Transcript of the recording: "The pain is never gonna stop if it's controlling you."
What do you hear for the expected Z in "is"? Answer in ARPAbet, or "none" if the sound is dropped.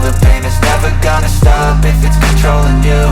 S